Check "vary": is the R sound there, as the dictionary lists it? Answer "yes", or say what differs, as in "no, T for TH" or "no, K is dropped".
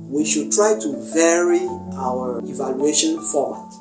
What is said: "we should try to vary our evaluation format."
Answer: yes